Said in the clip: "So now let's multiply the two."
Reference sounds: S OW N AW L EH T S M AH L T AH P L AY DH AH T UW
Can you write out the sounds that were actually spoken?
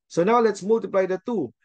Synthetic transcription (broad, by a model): S OW N AW L EH T S M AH L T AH P L AY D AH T UW